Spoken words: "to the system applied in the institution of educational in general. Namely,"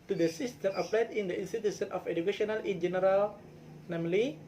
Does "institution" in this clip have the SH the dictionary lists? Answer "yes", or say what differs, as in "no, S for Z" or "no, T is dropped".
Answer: no, S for SH